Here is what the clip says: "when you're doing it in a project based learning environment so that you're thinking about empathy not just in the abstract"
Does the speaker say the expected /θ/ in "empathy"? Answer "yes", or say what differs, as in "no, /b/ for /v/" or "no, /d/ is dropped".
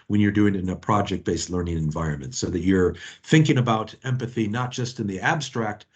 yes